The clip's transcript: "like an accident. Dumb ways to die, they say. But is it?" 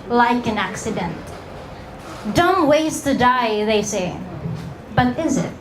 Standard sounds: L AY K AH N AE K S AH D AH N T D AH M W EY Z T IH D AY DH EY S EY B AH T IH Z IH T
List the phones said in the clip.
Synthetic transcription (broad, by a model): L AY K AH N AE K S AH D AH N T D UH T W EY S T IH D AY DH EY S EY B AH T IH Z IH T